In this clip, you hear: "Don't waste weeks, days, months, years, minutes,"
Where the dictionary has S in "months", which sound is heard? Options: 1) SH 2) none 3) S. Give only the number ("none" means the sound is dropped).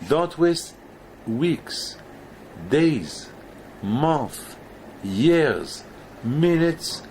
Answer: 2